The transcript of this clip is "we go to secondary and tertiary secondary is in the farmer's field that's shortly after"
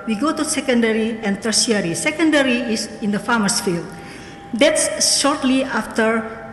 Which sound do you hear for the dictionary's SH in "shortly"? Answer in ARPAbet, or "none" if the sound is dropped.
SH